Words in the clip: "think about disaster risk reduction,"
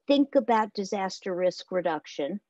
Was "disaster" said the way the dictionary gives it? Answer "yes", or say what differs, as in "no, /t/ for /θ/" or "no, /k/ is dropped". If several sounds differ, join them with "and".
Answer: yes